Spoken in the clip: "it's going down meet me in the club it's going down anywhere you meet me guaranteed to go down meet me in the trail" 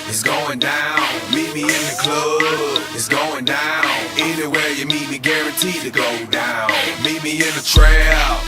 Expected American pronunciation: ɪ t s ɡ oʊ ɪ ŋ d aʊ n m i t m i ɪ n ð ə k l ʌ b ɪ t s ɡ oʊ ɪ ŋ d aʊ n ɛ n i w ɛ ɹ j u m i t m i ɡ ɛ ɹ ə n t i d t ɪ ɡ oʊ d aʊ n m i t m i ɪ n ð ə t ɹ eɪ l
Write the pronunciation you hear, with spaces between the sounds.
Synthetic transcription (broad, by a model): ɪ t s ɡ oʊ ɪ ŋ d aʊ n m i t m i ɪ n ð ə k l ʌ ɪ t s ɡ oʊ ɪ ŋ d aʊ n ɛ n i w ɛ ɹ j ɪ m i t m i ɡ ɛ ɹ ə n t i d t ɪ ɡ oʊ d aʊ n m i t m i ɪ n ð ə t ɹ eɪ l